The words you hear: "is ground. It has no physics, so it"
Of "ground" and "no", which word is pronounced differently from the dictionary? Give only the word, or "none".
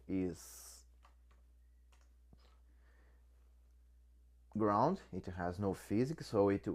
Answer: none